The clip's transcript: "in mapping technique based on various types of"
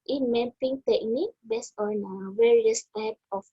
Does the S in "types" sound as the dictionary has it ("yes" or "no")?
no